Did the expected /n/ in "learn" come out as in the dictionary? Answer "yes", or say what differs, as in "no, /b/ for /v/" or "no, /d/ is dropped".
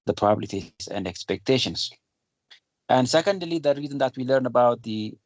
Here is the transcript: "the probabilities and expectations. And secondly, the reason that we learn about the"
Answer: yes